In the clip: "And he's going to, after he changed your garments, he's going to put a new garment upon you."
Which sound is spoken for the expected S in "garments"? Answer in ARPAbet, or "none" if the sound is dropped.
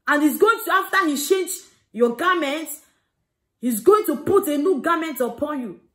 none